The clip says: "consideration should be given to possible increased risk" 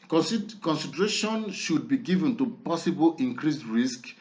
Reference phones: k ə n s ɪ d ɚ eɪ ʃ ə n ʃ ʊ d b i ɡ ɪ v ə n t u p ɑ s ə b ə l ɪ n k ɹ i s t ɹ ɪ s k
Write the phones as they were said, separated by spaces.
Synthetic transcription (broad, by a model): k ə n s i d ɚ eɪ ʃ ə n ʃ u d b i ɡ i v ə n t u p ɑ s ə b ə l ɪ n k ɹ i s ɹ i s k